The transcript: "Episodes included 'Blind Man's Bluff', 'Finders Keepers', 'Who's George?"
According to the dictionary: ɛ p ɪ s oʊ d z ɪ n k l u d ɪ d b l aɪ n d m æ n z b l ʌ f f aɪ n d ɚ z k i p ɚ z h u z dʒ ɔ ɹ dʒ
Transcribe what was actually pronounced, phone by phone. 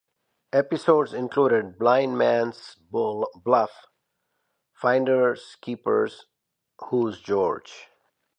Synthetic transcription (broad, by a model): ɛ p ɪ s oʊ d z ɪ n k l u d ɪ d b l aɪ n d m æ n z b l ʌ f f aɪ n d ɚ s k i p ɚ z h u z dʒ ɔ ɹ dʒ